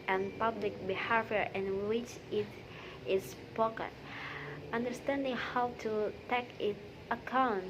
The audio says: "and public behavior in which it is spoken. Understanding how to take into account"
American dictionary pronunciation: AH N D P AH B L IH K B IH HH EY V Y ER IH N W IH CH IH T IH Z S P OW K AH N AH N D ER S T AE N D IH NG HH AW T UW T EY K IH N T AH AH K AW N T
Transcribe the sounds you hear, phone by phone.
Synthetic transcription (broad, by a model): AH N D P AH B L IH K B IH HH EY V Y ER IH N W IH CH IH T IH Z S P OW K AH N AH N D ER S T AE N D IH NG HH AW T UW T EY K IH T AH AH K AW N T